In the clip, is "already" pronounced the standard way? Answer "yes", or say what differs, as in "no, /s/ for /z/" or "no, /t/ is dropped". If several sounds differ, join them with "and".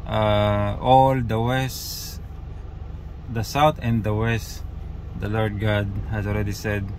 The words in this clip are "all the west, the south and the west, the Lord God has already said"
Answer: no, /l/ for /ɹ/